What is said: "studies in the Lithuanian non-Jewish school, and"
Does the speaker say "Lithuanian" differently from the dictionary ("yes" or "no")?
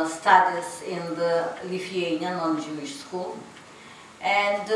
yes